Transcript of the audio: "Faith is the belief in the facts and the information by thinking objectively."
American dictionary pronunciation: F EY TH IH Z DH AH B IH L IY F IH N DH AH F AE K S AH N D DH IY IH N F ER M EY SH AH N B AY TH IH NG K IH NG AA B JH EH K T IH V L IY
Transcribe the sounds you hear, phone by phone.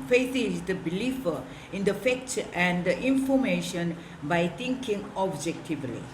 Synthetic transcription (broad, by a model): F EY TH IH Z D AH B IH L IY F IH N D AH F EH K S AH N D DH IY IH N F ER M EY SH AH N B AY T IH NG K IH NG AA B JH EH K T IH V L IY